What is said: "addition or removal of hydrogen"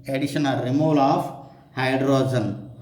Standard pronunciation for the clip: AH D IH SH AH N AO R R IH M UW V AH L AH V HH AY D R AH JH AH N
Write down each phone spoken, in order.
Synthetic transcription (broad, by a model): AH D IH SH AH N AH L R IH M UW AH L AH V HH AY D R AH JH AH N